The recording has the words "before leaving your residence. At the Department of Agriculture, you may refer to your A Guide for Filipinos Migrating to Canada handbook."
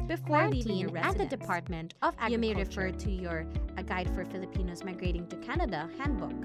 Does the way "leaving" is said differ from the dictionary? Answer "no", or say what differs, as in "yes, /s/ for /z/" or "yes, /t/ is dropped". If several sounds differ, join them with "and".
yes, /v/ is dropped